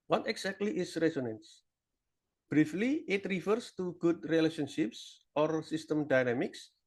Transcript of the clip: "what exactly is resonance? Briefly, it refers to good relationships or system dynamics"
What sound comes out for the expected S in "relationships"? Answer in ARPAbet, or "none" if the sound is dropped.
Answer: S